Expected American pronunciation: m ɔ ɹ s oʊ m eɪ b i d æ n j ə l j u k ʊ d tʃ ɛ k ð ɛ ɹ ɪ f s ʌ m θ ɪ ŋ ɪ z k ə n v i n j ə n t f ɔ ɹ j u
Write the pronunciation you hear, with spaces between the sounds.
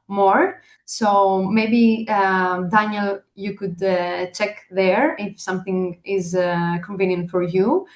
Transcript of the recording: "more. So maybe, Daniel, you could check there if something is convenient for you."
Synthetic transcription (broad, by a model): m ɔ ɹ s oʊ m eɪ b i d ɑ n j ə l j u k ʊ d tʃ ɛ k ð ɛ ɹ ɪ f s ʌ m θ ɪ ŋ ɪ z k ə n v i n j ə n t f ɔ ɹ j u